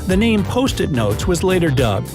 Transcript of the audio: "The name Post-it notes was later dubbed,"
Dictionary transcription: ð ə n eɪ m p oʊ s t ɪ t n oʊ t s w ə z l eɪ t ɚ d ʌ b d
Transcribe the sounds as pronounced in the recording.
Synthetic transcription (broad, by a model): ð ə n eɪ m p oʊ s t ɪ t n oʊ t s w ə z l eɪ t ɚ d ʌ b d